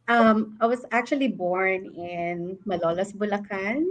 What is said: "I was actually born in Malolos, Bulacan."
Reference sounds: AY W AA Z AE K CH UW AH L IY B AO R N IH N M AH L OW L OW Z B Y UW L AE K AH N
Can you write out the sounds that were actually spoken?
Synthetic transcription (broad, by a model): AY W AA S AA K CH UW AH L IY B AO R N IH N M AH L OW L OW S B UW L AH K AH N